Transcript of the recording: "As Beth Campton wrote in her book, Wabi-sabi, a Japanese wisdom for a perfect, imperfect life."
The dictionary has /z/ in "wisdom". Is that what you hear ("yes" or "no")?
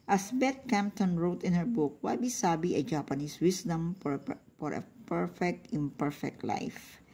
no